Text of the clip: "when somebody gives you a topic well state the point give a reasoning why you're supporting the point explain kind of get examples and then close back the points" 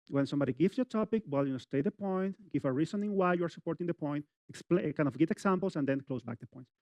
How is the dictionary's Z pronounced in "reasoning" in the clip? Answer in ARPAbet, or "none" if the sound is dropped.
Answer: S